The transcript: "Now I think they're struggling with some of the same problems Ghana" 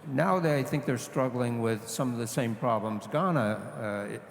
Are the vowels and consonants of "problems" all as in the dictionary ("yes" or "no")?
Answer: yes